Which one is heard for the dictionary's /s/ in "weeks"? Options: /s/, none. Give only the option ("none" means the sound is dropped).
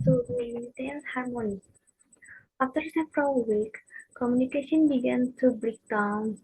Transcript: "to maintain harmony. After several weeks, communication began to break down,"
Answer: none